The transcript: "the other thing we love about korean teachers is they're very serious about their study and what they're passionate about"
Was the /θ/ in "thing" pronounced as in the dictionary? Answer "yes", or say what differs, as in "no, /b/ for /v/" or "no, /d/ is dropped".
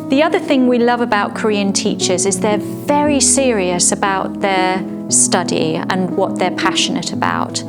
yes